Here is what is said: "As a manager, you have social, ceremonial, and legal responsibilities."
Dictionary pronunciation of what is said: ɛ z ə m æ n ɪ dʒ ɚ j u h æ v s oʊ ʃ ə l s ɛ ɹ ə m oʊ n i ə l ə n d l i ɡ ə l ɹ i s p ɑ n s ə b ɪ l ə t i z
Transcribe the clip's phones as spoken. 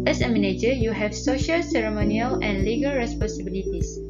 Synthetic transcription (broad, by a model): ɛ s ə m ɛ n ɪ dʒ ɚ j u h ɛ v s oʊ ʃ ə l s ɛ ɹ ə m oʊ n i ə l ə n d l i ɡ ə l ɹ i s p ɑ n s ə b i l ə t i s